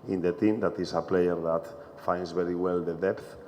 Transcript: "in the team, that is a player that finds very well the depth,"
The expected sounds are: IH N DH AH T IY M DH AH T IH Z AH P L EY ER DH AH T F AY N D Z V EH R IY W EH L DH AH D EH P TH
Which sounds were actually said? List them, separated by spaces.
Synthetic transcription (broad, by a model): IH N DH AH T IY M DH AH T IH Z AH P L EY ER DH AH T F AY N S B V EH R IY W EH L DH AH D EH P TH